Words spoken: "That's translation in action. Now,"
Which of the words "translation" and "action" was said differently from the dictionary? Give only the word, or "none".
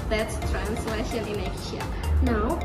action